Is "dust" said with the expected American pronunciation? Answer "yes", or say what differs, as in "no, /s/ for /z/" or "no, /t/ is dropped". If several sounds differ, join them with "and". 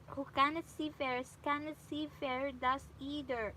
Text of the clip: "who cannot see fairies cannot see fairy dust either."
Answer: no, /t/ is dropped